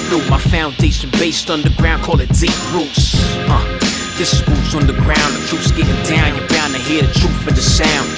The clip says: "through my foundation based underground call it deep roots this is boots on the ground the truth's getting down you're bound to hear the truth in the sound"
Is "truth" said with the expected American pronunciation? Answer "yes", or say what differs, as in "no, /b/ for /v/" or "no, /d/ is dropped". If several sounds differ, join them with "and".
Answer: no, /f/ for /θ/